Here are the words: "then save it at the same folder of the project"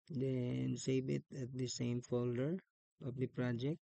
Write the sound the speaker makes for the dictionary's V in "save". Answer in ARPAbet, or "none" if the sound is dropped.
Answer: B